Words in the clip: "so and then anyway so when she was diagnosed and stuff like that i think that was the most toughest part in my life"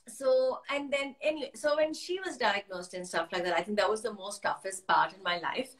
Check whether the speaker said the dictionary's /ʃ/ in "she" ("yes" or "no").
yes